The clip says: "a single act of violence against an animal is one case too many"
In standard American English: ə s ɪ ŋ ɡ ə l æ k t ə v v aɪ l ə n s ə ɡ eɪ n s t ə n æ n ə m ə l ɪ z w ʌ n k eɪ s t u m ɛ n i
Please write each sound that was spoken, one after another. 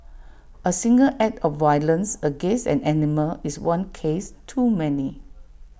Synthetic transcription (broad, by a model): ə s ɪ ŋ ɡ ə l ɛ t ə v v aɪ l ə n s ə ɡ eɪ n s ə n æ n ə m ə l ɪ s w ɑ n k eɪ s t u m ɛ n i